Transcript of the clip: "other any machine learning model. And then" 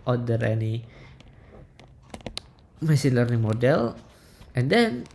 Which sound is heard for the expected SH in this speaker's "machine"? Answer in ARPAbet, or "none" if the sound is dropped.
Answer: S